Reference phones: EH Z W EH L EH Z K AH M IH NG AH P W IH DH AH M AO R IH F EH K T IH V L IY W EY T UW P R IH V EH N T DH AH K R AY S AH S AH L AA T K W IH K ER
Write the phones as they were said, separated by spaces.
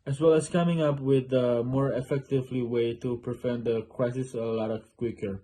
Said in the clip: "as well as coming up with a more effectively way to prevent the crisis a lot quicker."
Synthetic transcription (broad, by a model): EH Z W EH L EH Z K AH M IH NG AH P W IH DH AH M AO R IH F EH K T IH V L IY W EY T UW P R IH F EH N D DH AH K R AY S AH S AH L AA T K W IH K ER